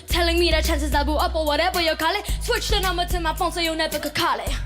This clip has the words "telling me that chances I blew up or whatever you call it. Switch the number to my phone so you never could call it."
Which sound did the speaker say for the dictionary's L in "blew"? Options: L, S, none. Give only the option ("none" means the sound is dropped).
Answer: none